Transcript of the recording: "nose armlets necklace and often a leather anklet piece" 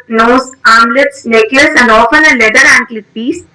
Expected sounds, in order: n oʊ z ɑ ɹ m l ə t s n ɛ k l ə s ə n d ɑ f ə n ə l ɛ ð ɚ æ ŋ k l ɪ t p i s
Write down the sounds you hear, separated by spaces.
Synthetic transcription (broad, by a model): n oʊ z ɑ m l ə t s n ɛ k ə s ə n d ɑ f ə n ə l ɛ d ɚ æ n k l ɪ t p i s